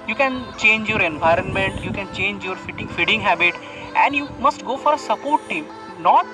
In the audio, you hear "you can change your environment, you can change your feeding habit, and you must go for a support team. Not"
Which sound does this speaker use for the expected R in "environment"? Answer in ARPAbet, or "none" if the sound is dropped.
R